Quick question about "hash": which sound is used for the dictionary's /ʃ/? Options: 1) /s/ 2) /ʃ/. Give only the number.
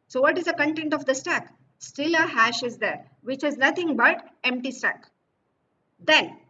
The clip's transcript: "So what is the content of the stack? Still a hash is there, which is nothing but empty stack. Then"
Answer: 2